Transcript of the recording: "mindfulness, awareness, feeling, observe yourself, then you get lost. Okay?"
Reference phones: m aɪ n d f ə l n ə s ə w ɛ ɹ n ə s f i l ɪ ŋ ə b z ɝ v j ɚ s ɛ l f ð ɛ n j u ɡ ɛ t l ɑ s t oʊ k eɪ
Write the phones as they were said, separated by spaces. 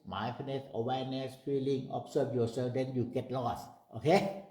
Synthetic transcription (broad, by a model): m aɪ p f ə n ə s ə w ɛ n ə s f i l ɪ ŋ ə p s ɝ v j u s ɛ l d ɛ n j u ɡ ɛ t l ɑ s t oʊ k eɪ